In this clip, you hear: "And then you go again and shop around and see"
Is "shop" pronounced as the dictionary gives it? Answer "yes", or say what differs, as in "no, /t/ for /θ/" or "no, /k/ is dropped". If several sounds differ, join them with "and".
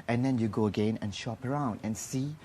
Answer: yes